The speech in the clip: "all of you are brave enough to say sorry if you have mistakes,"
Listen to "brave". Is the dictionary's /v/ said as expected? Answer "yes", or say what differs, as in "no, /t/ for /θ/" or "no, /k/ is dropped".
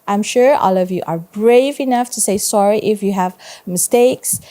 yes